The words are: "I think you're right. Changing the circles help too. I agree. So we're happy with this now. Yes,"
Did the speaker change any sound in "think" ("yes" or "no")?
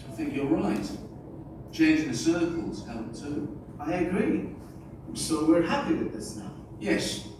no